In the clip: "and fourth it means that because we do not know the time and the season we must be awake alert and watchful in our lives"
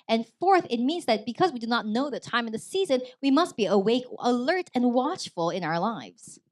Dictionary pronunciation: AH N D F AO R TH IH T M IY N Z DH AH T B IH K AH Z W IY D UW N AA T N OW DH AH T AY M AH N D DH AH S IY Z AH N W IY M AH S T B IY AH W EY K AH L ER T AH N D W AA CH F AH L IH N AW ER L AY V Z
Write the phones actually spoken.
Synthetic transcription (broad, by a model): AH N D F AO R TH IH T M IY N Z DH AH T B IH K AH Z W IY D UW N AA T N OW DH AH T AY M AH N DH AH S IY Z AH N W IY M AH S T B IY AH W EY K AH L ER T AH N W AA CH F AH L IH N AW ER L AY V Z